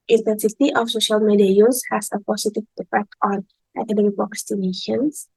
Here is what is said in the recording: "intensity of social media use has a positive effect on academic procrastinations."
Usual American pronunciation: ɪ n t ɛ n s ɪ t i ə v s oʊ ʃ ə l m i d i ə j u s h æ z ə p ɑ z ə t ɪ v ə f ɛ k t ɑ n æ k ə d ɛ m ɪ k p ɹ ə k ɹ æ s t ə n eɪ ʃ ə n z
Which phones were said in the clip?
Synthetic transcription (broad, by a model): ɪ n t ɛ n s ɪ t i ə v s oʊ ʃ ə l m i d i ə j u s h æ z ə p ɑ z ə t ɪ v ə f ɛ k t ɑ n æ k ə d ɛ m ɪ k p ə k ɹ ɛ s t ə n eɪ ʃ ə n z